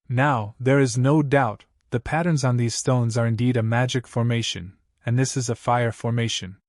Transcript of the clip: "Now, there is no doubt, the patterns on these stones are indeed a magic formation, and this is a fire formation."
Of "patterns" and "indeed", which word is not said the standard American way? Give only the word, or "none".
none